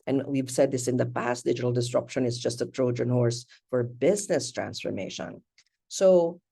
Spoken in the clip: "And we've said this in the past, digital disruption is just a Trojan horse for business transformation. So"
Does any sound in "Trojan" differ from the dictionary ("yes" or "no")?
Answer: no